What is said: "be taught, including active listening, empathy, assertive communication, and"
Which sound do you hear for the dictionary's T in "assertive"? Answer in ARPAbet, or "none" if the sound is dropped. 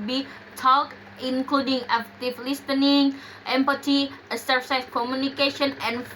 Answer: S